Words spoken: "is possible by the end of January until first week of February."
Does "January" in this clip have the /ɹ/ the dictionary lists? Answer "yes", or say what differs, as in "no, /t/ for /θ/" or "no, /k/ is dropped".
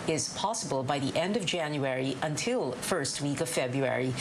yes